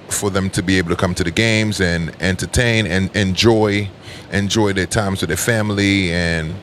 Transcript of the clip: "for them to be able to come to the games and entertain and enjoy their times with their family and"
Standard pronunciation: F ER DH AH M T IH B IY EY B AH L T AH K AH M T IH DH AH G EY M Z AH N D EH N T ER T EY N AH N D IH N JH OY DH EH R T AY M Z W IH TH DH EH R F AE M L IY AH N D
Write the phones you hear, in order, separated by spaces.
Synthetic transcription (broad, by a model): F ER DH AH M T IH B IY EY B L T AH K AH M T IH DH AH G EY M Z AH N EH N T ER T EY N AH N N IH N JH OY DH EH R T AY M Z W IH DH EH R F AE M L IY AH N